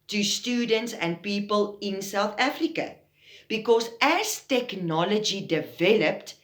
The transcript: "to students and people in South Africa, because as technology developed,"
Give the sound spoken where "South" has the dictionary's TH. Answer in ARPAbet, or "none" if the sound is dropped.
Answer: TH